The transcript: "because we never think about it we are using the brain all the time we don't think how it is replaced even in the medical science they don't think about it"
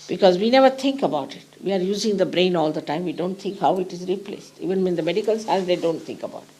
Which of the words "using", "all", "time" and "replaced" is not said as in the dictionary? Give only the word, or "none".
none